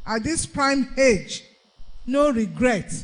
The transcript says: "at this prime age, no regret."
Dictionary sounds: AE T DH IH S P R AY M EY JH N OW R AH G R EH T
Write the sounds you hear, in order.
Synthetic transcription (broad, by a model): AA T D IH S P R AY M EY JH N OW R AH G R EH T